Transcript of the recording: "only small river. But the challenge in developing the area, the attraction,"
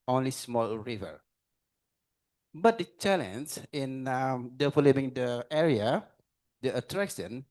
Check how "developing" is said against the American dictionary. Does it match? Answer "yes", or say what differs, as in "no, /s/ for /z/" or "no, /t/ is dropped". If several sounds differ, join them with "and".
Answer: no, /b/ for /p/